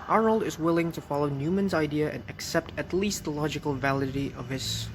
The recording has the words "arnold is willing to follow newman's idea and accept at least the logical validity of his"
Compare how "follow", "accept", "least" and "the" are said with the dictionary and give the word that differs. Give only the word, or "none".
none